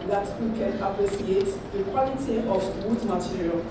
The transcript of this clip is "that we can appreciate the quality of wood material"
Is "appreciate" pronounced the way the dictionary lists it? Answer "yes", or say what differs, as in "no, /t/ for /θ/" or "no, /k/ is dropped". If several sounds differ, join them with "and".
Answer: no, /s/ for /ʃ/